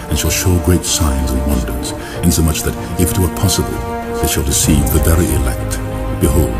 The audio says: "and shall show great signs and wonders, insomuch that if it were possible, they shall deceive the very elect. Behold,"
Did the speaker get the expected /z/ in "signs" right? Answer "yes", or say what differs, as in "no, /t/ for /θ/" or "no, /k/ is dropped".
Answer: yes